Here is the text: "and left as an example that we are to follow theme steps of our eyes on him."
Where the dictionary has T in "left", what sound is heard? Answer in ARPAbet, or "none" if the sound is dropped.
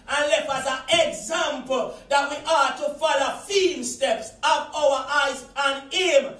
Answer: none